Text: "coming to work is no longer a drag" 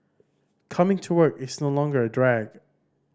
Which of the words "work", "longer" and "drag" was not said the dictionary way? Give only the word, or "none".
none